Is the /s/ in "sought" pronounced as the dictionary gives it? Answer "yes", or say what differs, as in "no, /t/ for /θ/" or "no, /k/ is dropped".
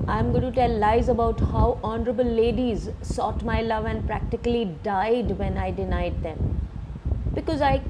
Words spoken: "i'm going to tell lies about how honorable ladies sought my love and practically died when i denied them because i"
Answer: yes